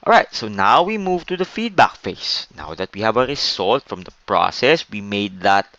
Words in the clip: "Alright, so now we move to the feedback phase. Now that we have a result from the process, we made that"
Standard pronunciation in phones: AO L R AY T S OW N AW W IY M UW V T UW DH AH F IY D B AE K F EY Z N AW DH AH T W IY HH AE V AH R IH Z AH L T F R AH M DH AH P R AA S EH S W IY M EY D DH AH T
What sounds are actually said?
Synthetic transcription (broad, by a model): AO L R AY T S OW N AW W IY M UW V T UW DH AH F IY D B AE K F EY S N AW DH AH T W IY HH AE V AH R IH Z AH L T F R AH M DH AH P R AA S EH S W IY M EY D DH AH T